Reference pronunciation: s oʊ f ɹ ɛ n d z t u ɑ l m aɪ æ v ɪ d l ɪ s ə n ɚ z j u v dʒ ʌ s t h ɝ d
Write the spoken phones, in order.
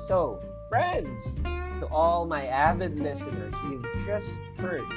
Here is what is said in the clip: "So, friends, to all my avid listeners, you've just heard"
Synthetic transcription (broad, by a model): s oʊ f ɹ ɛ n d z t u ɑ l m aɪ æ b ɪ d l ɪ s ə n ɚ z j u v dʒ ʌ s t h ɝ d